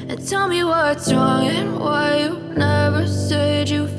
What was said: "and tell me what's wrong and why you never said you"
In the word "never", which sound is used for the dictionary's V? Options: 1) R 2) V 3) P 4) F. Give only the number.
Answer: 2